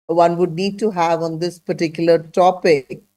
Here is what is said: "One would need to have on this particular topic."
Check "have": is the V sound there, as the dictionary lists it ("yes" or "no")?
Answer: yes